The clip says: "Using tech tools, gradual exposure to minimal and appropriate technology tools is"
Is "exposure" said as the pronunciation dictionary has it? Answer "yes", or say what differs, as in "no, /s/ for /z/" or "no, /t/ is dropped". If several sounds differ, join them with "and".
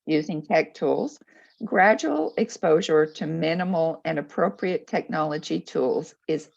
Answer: yes